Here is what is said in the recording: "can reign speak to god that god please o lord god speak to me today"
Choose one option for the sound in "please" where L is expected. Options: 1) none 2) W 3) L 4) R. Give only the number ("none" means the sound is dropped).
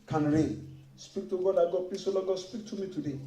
1